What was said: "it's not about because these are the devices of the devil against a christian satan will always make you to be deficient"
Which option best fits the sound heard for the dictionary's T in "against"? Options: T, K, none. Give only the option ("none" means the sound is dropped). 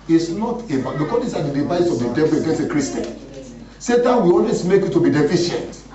none